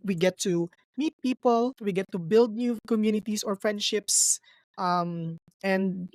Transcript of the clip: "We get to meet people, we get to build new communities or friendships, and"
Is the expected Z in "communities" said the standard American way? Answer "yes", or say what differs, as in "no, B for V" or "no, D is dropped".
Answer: no, S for Z